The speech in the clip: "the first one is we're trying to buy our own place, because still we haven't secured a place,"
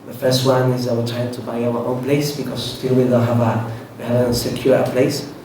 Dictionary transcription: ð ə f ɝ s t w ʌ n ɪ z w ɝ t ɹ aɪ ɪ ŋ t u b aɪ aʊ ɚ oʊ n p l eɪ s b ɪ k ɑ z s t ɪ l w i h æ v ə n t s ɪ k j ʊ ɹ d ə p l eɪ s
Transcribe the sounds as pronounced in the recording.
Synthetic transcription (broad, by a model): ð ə f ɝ s t w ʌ n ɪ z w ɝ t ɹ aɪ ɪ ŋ t u b aɪ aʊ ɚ oʊ n p l eɪ s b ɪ k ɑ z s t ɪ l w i h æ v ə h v s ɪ k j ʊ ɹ ə p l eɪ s